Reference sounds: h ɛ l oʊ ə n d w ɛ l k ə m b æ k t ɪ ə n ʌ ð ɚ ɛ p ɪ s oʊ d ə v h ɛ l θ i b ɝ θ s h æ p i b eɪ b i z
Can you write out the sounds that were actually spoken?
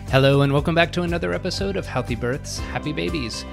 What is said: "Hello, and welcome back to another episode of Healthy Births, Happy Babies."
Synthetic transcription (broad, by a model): h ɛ l oʊ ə n w ɛ l k ə m b æ k t ɪ ə n ʌ ð ɚ ɛ p ɪ s oʊ d ə v h ɛ l θ i b ɝ θ s h æ p i b eɪ b i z